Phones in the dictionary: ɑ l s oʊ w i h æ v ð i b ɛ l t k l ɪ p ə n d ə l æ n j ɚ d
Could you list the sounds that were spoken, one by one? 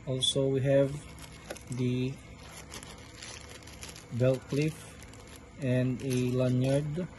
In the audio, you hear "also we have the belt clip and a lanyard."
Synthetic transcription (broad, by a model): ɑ l s oʊ w i h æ v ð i b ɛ l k l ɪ f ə n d ə l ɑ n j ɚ d